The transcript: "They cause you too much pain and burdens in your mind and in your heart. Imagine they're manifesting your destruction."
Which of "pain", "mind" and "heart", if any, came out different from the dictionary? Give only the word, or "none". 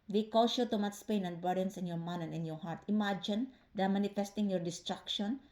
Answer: mind